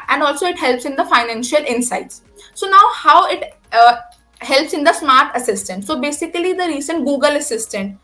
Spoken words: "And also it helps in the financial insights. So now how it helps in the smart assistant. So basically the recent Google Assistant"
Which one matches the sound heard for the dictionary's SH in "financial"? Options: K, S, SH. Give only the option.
SH